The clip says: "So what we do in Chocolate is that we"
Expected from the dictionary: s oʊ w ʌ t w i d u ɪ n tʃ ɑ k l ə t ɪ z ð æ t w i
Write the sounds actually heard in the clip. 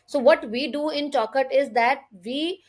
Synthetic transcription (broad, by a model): s oʊ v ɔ t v i d u ɪ n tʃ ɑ k ə t ɪ z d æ t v i